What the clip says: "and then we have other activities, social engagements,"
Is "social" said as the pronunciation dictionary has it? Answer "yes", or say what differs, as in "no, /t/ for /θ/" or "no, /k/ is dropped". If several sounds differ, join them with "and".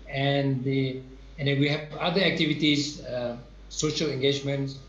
yes